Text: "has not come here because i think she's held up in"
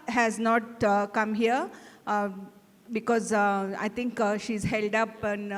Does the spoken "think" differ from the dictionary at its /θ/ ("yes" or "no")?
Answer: yes